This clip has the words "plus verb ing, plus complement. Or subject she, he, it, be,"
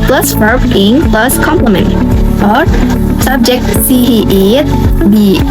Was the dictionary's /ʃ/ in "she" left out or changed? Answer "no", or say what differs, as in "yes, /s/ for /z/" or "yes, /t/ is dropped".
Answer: yes, /s/ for /ʃ/